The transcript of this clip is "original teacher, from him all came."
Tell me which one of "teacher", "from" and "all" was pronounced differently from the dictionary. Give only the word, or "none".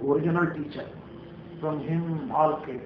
from